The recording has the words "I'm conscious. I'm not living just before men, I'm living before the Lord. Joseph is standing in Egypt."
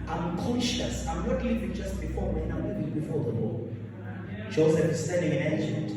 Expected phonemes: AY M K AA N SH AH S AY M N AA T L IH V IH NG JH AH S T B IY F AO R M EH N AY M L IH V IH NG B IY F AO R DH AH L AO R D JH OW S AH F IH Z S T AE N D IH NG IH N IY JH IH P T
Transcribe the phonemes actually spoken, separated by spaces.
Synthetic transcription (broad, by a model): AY M K AA N SH AH S AY M L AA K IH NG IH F JH AH S T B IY F AO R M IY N AY M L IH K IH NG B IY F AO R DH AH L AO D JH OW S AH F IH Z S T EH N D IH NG IH N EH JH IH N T